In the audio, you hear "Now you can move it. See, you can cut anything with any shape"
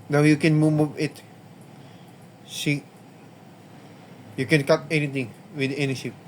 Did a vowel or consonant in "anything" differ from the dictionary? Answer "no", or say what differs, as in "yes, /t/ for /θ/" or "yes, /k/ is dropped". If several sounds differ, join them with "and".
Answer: yes, /t/ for /θ/